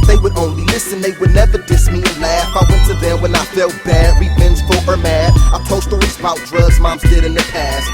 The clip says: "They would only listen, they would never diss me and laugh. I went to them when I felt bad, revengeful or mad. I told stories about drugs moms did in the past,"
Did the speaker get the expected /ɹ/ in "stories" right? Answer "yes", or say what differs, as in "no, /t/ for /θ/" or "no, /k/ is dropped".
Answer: yes